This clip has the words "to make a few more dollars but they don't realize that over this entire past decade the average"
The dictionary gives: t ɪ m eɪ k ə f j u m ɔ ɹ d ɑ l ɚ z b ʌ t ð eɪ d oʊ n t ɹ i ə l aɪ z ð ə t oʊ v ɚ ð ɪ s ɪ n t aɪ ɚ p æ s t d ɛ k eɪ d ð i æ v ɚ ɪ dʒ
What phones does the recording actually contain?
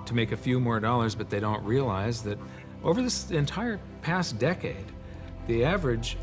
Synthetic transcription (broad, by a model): t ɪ m eɪ k ə f j u m ɔ ɹ d ɑ l ɚ z b ʌ t ð eɪ d oʊ n t ɹ i ə l aɪ z ð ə t oʊ v ɚ ð ɪ s ɪ n t aɪ ɚ p æ s d ɛ k eɪ d ð i æ v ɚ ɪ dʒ